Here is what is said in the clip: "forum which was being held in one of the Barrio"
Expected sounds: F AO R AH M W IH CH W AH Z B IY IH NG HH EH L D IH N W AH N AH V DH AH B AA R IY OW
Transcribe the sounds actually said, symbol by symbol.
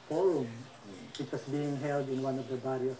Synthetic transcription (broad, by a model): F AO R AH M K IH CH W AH S B IY IH NG HH EH L D IH N W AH N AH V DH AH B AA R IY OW